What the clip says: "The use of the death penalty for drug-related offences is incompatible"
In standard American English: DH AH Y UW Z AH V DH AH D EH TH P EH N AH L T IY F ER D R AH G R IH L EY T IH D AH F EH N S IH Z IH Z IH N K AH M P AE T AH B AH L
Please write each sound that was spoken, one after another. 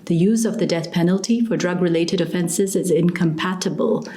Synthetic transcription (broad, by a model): DH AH Y UW Z AH V DH AH D EH TH P EH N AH L T IY F ER D R AH G R IH L EY T IH D AH F EH N S IH Z IH Z IH N K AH M P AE T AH B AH L